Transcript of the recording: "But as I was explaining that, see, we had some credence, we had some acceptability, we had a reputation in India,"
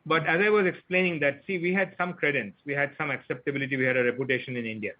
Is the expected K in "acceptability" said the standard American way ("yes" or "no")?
yes